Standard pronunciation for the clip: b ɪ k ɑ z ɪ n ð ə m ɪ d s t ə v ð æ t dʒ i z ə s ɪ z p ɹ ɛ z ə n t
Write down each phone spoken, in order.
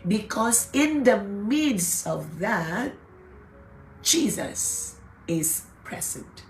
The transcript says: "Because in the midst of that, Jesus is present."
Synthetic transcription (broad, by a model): b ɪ k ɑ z ɪ n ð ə m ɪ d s ə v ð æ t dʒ i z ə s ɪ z p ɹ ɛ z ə n t